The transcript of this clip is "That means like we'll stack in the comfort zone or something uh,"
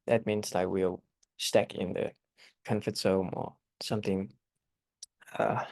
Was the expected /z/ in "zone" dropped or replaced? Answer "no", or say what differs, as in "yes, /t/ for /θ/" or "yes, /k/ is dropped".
yes, /s/ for /z/